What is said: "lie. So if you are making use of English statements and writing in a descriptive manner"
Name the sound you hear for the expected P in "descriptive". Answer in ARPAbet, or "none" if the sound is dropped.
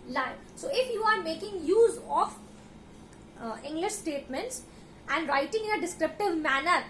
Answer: P